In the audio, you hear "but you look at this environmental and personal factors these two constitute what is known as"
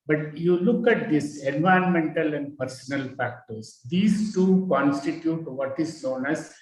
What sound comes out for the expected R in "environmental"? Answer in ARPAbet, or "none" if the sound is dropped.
none